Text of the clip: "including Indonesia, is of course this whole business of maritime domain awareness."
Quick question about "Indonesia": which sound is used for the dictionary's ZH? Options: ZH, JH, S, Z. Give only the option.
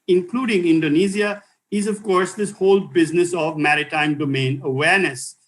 Z